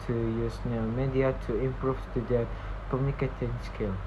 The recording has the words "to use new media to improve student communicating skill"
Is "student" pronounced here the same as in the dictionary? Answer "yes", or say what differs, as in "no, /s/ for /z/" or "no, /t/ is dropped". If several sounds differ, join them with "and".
no, /n/ is dropped